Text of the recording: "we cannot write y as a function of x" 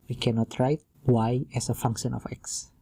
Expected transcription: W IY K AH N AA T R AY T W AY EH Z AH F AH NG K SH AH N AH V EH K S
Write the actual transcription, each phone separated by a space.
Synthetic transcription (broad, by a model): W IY K AH N AA T R AY T W AY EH S AH F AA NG K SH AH N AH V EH K S